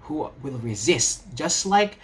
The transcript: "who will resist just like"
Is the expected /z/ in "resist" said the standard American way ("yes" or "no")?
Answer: yes